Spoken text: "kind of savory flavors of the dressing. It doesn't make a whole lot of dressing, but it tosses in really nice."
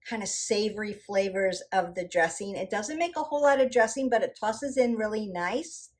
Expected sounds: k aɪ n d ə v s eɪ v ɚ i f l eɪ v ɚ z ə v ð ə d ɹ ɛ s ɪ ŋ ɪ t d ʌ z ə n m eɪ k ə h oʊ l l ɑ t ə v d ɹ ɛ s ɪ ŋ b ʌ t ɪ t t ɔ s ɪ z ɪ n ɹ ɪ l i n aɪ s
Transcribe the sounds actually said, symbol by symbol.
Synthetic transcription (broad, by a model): k aɪ n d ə s eɪ v ɚ i f l eɪ v ɚ z ə v ð ə d ɹ ɛ s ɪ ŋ ɪ t d ʌ z ə n m eɪ k ə h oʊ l l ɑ t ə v d ɹ ɛ s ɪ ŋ b ʌ t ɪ t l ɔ s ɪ z ɪ n ɹ ɪ l i n aɪ s